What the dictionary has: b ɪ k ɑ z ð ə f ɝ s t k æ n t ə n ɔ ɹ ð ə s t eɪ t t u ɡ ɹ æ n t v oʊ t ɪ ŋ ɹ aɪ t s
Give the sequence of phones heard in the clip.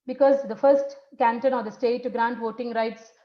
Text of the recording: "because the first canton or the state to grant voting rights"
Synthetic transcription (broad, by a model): b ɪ k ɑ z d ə f ɝ s t k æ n t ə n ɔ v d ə s t eɪ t t u ɡ ɹ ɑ n t v oʊ t ɪ ŋ ɹ aɪ t s